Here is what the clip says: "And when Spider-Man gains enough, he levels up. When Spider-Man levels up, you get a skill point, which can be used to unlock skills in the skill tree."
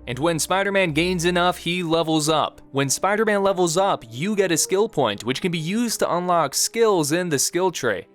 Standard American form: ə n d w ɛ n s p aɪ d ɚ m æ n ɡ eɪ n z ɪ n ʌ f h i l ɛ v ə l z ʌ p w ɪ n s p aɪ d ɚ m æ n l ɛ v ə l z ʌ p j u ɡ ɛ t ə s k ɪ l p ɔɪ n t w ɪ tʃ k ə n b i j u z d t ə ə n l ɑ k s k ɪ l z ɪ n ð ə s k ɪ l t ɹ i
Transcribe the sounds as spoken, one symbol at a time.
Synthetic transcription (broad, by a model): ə n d w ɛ n s p aɪ d ɚ m æ n ɡ eɪ n z ɪ n ʌ f h i l ɛ v l z ʌ p w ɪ n s p aɪ d ɚ m æ n l ɛ v l z ʌ p j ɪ ɡ ɛ t ə s k ɪ l p ɔɪ n t w ɪ tʃ k ə n b i j u z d t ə ə n l ɑ k s k ɪ l z ɪ n ð ə s k ɪ l t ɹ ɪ